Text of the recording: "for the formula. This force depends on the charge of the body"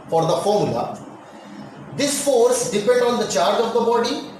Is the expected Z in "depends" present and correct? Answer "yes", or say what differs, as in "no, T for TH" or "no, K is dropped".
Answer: no, Z is dropped